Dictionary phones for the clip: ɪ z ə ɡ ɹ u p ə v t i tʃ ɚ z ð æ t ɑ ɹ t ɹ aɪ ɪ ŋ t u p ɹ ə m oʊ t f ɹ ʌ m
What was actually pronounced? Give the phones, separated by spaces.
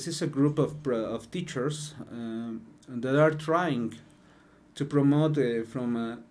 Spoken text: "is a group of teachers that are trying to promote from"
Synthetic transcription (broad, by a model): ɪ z ə ɡ ɹ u p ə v t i tʃ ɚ s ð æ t ɑ ɹ t ɹ aɪ ɪ ŋ t u p ɹ ə m oʊ t f ɹ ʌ m